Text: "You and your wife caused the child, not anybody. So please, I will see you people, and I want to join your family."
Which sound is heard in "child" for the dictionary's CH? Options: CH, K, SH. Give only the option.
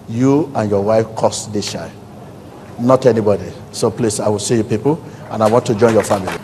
SH